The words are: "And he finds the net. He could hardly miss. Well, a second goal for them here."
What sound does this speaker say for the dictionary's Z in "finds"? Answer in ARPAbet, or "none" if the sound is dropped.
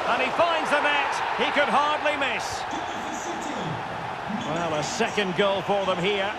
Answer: Z